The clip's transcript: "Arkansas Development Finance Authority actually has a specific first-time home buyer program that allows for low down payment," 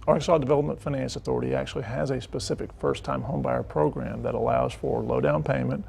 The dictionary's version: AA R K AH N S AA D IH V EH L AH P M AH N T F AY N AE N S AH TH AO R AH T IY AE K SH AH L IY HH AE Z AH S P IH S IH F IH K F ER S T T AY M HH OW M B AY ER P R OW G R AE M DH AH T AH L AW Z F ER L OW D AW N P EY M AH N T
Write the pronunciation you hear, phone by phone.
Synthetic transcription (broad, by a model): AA R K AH S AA D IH V EH L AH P M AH N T F AY N AE N S AH TH AO R AH T IY AE K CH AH L IY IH Z AH S P IH S IH F IH K F ER S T T AY M HH OW M B AY ER P R OW G R AE M DH AH T AH L AW Z F ER L OW D AW N P EY M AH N T